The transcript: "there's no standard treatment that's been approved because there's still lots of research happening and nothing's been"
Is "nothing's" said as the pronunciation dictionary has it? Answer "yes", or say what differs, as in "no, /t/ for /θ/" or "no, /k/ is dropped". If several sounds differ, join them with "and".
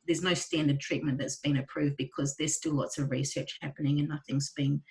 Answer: yes